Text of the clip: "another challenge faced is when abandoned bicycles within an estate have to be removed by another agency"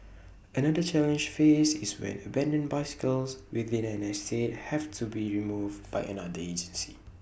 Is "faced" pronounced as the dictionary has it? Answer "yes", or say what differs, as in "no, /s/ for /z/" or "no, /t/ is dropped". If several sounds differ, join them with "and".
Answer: no, /t/ is dropped